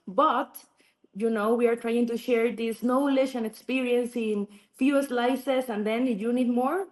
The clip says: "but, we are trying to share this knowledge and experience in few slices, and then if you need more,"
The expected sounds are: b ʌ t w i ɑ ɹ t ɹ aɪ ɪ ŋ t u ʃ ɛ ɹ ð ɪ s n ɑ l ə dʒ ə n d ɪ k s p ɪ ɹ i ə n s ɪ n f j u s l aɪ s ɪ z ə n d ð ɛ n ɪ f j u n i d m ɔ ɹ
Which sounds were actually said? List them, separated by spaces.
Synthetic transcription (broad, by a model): b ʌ t w i ɑ ɹ t ɹ aɪ ɪ ŋ t u ʃ ɛ ɹ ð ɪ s n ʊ l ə ʃ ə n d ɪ k s p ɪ ɹ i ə n s ɪ n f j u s l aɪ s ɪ s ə n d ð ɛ n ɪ j u n i d m ɔ ɹ